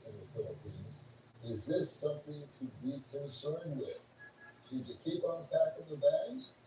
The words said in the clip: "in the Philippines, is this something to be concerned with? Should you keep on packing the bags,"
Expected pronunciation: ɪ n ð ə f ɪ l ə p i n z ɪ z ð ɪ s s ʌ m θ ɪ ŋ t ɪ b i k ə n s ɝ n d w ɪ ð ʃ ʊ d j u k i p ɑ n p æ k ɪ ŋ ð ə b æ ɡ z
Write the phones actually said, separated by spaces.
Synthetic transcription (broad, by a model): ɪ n ð ə f ɪ l ə p i n z ɪ z ð ɪ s s ʌ m θ ɪ ŋ t ɪ b i k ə n s ɝ n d w ɪ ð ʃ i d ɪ k i p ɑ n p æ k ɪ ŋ ð ə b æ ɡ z